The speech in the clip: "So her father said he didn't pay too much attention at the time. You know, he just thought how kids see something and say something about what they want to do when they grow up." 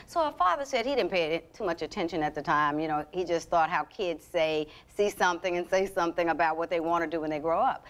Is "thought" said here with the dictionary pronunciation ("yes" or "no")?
yes